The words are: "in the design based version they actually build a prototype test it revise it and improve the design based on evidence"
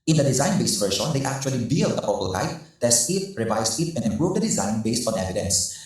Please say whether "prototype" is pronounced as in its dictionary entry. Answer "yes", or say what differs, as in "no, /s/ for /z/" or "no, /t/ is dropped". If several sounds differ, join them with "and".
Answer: no, /ɹ/ is dropped